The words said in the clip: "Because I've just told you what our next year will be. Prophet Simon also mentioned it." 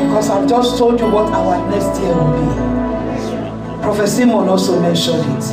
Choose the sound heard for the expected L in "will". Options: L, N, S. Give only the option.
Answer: N